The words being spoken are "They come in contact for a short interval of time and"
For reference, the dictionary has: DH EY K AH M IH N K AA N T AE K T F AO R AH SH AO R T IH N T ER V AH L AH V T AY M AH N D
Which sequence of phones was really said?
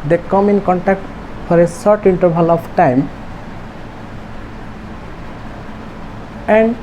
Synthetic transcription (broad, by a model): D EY K AH M IH N K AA N T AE K T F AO R AH S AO R T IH N T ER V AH L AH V T AY M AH N D